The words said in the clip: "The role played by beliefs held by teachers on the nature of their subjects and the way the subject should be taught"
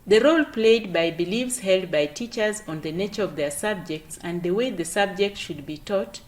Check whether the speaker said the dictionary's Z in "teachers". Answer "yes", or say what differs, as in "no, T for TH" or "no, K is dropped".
yes